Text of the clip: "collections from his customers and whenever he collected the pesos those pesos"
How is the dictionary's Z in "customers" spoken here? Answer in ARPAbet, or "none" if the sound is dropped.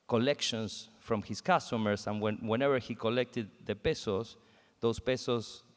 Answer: S